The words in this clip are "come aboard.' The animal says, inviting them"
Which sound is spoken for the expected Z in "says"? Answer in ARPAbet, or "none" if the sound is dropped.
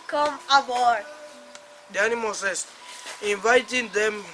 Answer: S